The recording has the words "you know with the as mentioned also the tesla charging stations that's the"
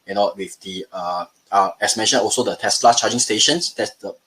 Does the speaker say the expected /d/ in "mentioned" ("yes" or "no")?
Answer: no